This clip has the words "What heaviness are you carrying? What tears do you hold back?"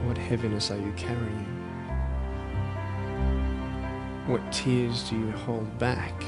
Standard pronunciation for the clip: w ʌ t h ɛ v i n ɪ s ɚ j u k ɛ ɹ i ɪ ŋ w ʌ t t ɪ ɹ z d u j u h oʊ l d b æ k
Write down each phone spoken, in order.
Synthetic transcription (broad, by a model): w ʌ t h ɛ v i n ɪ s ɚ j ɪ k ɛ ɹ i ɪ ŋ w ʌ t t ɪ ɹ z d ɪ j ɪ h oʊ l d b æ k